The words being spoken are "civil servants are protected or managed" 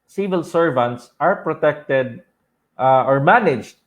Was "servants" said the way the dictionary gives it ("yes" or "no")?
yes